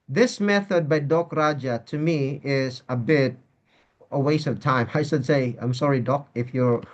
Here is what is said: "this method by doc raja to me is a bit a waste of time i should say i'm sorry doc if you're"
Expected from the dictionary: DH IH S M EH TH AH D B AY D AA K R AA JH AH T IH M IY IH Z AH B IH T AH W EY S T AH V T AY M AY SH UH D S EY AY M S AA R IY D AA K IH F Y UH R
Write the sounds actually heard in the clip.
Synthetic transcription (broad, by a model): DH IH S M EH TH AH D B AY D AA K R AA JH AH T IH M IY IH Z AH B IH T AH W EY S AH V T AY M AY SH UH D S EY AY M S AA R IY D AA K IH F Y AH R